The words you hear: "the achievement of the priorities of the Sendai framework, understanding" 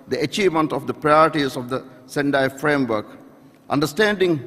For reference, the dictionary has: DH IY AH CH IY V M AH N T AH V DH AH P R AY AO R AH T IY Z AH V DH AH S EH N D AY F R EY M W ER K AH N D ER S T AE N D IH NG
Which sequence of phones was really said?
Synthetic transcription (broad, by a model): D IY AH CH IY V M AH N T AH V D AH P R AY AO R T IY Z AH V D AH S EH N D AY F R EY M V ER K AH N D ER S T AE N D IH NG